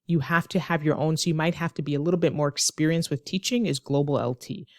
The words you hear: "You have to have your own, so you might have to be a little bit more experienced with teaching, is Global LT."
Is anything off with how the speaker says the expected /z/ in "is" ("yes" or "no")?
no